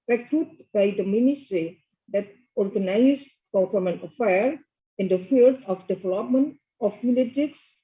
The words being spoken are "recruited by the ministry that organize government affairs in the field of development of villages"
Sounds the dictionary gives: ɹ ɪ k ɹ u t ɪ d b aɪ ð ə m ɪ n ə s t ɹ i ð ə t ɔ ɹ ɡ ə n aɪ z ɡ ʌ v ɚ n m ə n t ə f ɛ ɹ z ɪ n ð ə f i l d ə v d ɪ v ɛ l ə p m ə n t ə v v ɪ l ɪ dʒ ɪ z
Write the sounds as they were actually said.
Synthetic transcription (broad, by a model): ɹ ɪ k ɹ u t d b aɪ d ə m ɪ n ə s t ɹ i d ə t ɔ ɹ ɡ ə n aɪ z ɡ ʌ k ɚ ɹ m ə n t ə f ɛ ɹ ɪ n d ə f i l d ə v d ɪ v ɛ l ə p m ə n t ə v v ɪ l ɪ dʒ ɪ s